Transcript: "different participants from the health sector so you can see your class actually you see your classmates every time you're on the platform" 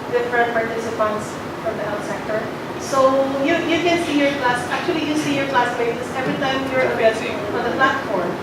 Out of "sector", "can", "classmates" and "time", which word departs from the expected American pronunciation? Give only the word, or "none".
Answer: classmates